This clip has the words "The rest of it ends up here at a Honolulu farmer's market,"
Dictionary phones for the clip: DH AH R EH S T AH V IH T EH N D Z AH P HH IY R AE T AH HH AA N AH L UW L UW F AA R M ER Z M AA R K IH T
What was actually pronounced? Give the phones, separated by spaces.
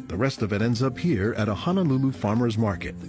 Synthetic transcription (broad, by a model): DH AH R EH S T AH V IH T EH N D Z AH P HH IY R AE T AH HH AA N AH L UW L UW F AA R M ER Z M AA R K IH T